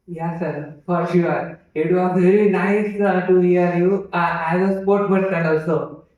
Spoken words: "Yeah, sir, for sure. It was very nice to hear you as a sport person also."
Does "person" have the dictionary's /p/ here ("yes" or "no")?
no